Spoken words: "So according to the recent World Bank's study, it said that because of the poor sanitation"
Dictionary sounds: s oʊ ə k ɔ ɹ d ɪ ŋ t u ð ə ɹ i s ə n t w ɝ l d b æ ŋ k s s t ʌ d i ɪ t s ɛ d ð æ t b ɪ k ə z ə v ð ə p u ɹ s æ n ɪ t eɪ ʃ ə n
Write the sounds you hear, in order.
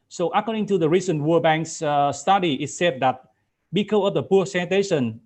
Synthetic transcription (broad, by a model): s oʊ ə k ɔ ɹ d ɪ ŋ t u ð ə ɹ i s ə n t w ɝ b æ ŋ k s s t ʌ d i ɪ t s ɛ d ð æ t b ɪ k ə ə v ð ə p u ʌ s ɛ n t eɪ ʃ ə n